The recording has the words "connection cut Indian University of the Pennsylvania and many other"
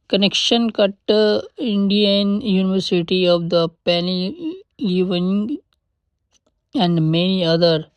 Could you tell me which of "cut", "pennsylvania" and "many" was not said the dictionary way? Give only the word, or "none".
pennsylvania